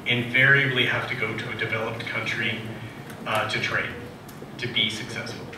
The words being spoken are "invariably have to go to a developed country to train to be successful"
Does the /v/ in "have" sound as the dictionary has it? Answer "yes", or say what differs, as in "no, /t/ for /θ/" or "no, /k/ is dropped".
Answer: no, /f/ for /v/